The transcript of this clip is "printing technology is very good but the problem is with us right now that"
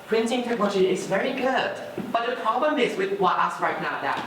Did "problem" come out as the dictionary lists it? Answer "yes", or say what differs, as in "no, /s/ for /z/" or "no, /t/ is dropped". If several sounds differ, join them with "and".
no, /l/ is dropped